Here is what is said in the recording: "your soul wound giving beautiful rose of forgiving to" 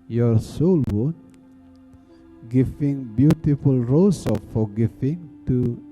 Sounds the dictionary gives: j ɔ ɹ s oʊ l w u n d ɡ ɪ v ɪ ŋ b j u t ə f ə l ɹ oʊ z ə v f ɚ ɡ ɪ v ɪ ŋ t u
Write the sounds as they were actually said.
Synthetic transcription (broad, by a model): j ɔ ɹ s oʊ l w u d ɡ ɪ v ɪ ŋ b j u t ə f ə l ɹ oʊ s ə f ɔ ɡ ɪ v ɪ ŋ t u